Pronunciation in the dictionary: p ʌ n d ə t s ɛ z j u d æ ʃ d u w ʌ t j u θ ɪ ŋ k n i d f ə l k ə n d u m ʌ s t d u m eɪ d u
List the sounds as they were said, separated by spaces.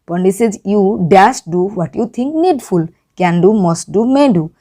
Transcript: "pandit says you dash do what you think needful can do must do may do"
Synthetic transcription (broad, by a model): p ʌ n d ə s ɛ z j u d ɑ s d u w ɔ t j u t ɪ ŋ k n i d f ə l k ə n d u m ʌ s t d u m eɪ d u